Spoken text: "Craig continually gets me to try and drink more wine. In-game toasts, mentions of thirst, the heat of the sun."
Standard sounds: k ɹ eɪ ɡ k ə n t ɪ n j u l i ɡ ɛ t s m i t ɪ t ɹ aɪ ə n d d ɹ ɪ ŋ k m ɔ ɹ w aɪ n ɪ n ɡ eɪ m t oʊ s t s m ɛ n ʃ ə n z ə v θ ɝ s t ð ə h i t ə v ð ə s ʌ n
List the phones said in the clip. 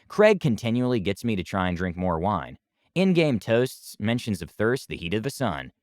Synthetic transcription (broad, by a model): k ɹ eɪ ɡ k ə n t ɪ n j u l i ɡ ɛ t s m i t ɪ t ɹ aɪ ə n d d ɹ ɪ ŋ k m ɔ ɹ w aɪ n ɪ n ɡ eɪ m t oʊ s t s m ɛ n ʃ ə n z ə v θ ɝ s t ð ə h i t ə v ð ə s ʌ n